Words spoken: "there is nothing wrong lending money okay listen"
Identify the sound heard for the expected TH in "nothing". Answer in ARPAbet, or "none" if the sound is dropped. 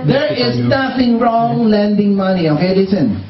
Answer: F